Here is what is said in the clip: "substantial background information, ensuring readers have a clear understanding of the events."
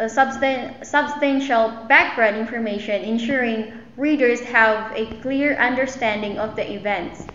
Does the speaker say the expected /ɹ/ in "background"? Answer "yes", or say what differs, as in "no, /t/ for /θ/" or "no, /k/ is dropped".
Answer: yes